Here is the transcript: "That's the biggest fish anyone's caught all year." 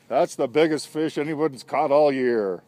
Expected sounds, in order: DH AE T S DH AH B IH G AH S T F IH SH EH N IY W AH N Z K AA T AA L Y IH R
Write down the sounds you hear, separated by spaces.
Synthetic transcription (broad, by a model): DH AE T S DH AH B IH G AH S T F IH SH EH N IY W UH N S K AA T AA L Y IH R